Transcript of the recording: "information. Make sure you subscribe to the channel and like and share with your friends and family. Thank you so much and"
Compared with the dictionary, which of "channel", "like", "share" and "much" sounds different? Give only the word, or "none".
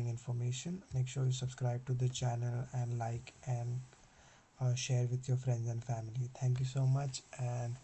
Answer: none